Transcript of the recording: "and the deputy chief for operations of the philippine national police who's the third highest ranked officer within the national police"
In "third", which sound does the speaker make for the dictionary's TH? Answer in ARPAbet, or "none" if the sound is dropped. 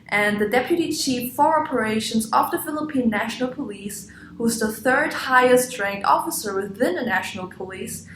TH